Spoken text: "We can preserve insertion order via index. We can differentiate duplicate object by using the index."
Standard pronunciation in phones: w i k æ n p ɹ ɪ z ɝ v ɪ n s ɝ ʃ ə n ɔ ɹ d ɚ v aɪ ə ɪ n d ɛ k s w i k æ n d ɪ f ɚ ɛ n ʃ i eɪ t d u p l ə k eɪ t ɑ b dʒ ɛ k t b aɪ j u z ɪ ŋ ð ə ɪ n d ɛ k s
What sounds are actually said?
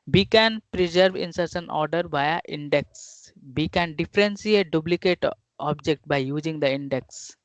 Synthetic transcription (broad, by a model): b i k æ n p ɹ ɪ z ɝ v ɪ n s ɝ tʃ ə n ɔ ɹ d ɚ b aɪ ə ɪ n d ɛ k s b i k æ n d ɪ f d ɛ n s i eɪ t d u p l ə k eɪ t ɑ b dʒ ɛ k t b aɪ j u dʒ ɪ ŋ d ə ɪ n d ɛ k s